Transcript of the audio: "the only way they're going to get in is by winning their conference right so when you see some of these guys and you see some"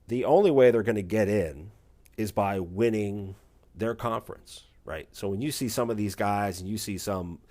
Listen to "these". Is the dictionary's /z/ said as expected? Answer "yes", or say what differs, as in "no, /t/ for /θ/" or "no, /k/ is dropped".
yes